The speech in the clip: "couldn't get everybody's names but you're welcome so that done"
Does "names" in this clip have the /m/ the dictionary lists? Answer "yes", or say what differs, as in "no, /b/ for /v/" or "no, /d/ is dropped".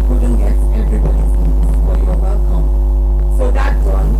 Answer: no, /m/ is dropped